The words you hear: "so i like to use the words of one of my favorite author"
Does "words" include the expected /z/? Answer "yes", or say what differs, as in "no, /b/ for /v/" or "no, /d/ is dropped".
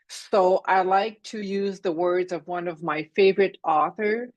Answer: yes